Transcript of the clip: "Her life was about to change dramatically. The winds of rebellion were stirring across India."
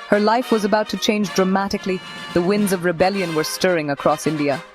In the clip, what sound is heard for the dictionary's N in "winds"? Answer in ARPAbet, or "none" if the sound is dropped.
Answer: N